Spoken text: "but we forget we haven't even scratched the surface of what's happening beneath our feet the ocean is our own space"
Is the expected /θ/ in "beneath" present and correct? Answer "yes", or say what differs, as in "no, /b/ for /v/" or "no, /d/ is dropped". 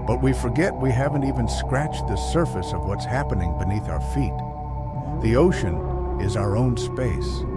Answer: yes